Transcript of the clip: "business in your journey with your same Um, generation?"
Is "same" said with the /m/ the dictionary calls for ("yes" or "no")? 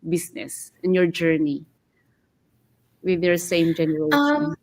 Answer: no